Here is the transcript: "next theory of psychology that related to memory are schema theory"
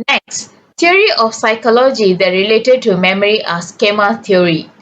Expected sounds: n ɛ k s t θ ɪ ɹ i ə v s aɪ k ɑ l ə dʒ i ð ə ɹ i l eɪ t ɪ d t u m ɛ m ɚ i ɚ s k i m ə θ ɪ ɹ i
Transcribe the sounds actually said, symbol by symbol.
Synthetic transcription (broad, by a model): n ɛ k s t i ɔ ɹ i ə f s aɪ k ɑ l ə dʒ i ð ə ɹ i l eɪ t ɪ d t u m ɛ m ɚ i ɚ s k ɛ m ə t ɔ ɹ i